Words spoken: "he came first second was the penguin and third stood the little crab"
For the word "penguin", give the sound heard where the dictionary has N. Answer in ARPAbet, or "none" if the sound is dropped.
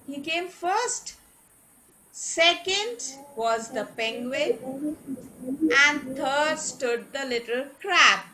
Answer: none